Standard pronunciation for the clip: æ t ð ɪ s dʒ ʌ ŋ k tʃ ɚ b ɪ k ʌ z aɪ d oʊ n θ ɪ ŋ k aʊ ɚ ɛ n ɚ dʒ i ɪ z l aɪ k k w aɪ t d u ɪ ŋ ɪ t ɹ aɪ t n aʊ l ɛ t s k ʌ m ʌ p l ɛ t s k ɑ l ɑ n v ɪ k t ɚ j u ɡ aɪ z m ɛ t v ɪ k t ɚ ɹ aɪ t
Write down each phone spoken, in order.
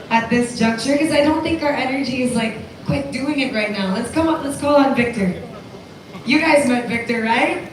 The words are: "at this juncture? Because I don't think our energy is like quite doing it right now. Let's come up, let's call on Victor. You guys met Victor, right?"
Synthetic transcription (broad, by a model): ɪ t ð ɪ s dʒ ʌ ŋ k tʃ ɚ k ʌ z aɪ d oʊ n θ ɪ ŋ k aʊ ɚ ɛ n ɚ dʒ i ɪ z l aɪ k k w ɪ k d u ɪ ŋ ɪ t ɹ aɪ t n aʊ l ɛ t s k ʌ m ʌ p l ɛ t s k ɑ l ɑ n v ɪ k t ɚ j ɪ ɡ aɪ z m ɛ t v ɪ k t ɚ ɹ aɪ t